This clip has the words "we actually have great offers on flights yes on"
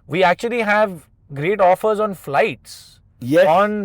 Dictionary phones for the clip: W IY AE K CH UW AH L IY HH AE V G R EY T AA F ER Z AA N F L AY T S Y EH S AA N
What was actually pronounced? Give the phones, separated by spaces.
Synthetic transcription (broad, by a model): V IY AE K CH UW AH L IY HH AE V G R EY T AA F ER Z AA N F L AY T S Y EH AA N